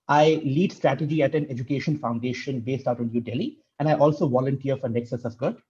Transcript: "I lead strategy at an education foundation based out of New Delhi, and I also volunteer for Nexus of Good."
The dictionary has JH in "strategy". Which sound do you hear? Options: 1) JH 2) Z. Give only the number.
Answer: 1